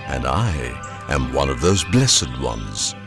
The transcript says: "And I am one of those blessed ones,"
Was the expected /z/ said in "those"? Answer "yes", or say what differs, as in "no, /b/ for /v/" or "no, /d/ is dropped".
yes